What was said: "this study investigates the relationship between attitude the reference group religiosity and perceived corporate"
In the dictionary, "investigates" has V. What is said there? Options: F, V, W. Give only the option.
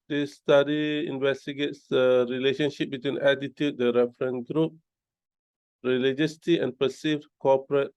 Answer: V